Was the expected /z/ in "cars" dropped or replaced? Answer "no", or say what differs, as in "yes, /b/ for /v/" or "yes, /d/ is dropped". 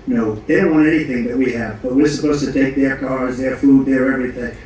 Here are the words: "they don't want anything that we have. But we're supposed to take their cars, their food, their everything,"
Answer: no